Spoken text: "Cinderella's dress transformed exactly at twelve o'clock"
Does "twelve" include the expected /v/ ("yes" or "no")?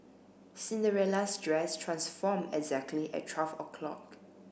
no